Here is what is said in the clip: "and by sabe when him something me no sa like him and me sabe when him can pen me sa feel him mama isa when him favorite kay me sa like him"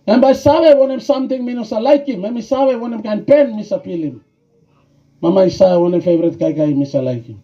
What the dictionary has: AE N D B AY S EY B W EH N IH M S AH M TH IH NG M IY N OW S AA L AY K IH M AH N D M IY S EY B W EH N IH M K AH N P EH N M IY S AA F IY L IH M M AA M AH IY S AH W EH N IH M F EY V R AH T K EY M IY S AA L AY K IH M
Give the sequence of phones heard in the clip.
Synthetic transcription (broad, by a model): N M B AY S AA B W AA N IH M S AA M T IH NG M IY N OW S AA L AY K IH M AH M IY S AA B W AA N IH M K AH N P EH N M IY S AA P IY L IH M M AA M AH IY S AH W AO N IH M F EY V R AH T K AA M IY S AA L AY K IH M